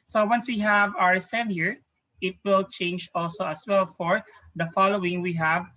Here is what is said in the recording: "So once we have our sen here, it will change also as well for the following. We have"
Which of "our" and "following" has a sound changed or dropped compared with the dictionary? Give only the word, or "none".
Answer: none